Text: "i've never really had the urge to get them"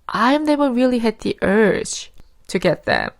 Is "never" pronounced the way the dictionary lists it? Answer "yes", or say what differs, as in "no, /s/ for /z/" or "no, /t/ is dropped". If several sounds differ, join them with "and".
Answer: no, /w/ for /v/